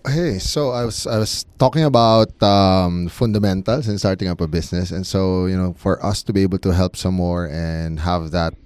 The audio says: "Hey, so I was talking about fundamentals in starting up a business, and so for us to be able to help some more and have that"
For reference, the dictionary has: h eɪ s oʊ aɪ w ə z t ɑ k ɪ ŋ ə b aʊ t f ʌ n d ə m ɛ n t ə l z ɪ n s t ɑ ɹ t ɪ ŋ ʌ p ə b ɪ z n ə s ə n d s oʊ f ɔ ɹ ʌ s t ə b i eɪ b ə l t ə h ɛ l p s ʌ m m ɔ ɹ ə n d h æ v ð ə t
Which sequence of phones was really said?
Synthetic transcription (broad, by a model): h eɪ s oʊ aɪ w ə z t ɑ k ɪ ŋ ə b aʊ t f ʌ n d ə m ɛ n t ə l s ɪ n s t ɑ ɹ t ɪ ŋ ʌ p ə b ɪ s n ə s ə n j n oʊ f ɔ ɹ ʌ s t ə b i eɪ b ə l t ə h ɛ l p s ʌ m m ɔ ɹ ə n d h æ v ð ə t